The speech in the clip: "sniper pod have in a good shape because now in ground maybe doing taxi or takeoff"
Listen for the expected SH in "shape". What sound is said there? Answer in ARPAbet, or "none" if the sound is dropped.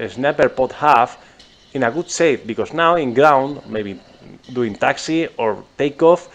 S